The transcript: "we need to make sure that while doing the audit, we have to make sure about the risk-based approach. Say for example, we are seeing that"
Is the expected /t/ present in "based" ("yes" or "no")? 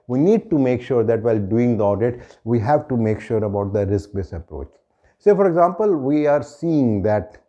no